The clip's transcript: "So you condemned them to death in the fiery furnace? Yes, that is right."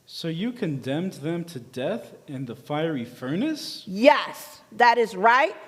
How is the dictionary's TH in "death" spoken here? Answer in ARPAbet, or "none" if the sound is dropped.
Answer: TH